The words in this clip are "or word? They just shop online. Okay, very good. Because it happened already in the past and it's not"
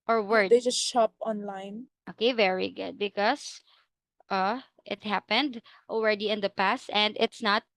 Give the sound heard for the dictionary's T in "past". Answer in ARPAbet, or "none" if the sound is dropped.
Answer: T